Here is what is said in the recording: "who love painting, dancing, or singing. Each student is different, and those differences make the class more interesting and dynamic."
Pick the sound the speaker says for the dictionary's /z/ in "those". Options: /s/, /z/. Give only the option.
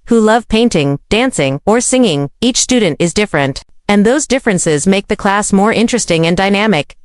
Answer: /z/